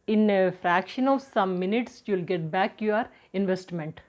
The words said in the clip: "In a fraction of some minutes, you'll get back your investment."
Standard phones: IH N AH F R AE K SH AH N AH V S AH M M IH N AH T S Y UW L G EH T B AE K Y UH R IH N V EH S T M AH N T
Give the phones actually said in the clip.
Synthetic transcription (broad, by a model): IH N AH F R AE K SH AH N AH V S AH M M IH N AH T S Y UW L G EH T B AE K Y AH R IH N V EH S T M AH N T